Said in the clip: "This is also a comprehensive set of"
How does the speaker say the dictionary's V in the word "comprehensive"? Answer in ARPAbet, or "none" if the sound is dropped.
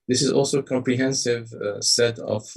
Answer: V